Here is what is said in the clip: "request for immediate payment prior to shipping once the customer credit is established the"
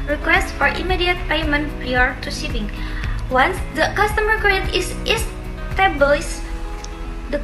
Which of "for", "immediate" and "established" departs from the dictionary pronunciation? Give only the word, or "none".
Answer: established